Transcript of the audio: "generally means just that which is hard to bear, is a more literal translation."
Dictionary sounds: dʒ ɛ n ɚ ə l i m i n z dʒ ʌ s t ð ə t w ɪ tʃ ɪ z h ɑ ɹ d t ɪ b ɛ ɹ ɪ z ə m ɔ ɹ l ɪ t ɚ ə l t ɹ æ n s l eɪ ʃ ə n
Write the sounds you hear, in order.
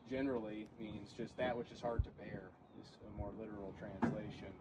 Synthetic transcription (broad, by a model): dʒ ɛ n ɚ l i m i n z dʒ ʌ s t ð ə t w ɪ tʃ ɪ z h ɑ ɹ d t ɪ b ɛ ɹ ɪ z ə m ɔ ɹ l ɪ t ɚ l t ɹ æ n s l eɪ ʃ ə n